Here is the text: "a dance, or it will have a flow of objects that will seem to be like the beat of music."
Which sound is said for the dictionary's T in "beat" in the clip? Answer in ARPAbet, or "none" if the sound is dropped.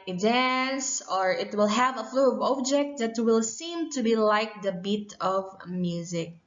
T